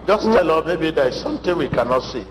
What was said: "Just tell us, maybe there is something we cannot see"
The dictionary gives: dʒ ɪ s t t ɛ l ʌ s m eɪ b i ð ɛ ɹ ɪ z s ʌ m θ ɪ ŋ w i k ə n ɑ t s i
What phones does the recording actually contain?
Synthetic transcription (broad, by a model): dʒ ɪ s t t ɛ l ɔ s m eɪ b i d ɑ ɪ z s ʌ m t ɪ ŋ w i k ə n ɑ t s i